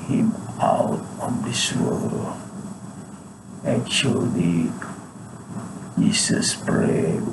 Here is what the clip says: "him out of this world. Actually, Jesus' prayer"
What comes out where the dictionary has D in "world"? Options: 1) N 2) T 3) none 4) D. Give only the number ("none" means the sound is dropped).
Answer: 3